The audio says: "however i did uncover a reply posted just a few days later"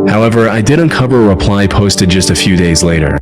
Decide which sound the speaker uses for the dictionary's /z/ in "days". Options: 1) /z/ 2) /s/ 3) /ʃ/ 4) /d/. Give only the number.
1